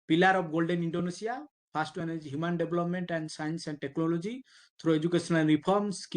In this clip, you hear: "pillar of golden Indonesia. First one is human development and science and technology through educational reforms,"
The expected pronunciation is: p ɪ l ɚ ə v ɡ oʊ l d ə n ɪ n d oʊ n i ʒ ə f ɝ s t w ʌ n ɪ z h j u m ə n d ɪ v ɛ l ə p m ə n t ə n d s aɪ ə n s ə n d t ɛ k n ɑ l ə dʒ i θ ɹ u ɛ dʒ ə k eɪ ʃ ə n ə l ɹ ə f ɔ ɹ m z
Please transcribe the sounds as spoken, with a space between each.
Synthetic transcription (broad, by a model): p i l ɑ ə b ɡ oʊ l d ə n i n d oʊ n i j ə p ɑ s t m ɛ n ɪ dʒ h j u m ə n d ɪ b l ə p m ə n t ə n d s aɪ ə n s ə n d t ɛ k n ɑ l ə dʒ i t ɹ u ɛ dʒ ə k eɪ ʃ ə n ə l ɹ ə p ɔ ɹ m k